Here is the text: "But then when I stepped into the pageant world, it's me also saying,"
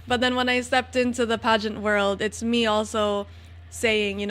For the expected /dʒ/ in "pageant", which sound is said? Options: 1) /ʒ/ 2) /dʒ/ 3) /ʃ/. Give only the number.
2